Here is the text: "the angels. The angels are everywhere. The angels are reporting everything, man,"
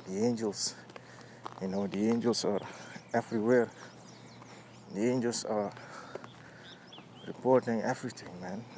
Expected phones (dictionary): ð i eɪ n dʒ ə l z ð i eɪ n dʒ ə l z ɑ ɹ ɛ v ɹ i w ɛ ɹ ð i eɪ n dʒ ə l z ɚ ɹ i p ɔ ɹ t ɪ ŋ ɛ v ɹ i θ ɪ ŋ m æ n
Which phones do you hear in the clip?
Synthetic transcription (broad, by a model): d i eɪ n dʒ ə l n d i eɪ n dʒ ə l s ɑ ɹ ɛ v ɹ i w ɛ ɹ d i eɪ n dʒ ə l s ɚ ɹ i p ɔ ɹ t ɪ ŋ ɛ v ɹ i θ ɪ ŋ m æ n